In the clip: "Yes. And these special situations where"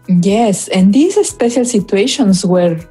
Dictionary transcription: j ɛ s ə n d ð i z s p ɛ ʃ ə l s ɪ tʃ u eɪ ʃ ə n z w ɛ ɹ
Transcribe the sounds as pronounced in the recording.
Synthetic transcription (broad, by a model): j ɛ s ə n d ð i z s p ɛ ʃ ə l s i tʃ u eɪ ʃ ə n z w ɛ ɹ